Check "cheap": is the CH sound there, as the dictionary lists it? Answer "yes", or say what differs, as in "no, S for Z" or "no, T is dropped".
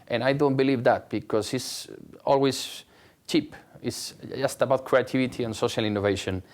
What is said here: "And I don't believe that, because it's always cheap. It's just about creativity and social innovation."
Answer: yes